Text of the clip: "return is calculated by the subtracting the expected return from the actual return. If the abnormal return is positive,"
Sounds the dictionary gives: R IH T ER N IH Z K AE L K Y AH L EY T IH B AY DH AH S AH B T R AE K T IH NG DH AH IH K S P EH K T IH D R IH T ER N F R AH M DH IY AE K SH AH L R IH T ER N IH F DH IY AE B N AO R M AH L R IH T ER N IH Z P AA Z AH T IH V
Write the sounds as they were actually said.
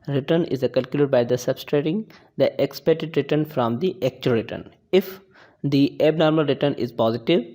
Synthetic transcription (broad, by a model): R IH T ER N IH Z K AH L K Y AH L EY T B AY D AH S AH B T R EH T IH NG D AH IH K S P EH T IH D R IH T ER N F R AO M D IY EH K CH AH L R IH T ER N IH F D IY AE B N AO R M AH L R IH T ER N IH Z P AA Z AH T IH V